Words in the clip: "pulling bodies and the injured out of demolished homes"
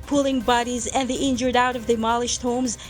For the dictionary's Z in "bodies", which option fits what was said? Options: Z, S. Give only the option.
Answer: Z